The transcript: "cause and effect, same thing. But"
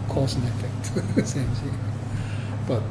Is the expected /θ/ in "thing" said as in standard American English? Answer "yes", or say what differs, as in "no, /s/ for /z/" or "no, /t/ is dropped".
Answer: no, /s/ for /θ/